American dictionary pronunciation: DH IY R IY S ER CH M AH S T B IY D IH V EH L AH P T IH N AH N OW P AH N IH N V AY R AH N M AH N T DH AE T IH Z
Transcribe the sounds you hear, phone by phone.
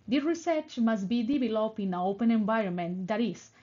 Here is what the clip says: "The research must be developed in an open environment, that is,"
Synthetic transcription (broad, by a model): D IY R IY S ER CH M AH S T B IY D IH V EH L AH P IH N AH OW P AH N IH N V AY R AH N M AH N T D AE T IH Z